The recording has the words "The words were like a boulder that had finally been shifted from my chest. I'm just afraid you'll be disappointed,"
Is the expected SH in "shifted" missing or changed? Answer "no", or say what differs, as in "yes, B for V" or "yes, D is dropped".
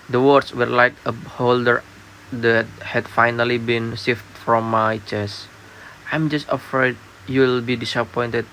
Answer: yes, S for SH